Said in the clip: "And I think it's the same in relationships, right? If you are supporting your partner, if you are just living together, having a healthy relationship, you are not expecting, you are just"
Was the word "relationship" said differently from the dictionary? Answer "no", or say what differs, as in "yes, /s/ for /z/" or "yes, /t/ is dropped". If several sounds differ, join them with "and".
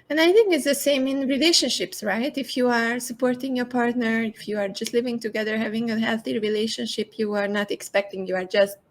no